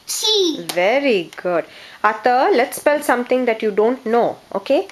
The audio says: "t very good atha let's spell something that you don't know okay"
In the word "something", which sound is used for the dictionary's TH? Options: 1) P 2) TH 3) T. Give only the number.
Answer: 3